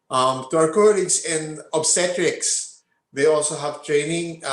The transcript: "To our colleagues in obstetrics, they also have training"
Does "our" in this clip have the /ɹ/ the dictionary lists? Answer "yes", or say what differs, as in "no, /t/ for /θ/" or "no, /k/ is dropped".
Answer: no, /w/ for /ɹ/